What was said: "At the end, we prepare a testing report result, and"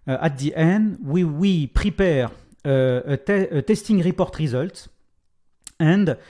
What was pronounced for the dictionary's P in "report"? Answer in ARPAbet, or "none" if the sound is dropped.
P